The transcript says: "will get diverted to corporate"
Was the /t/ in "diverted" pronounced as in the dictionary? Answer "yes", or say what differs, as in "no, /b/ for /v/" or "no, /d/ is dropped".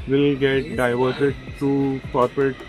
no, /s/ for /t/